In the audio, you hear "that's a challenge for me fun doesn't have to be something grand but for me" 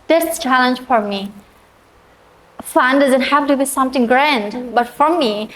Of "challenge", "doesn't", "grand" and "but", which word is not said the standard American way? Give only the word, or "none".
none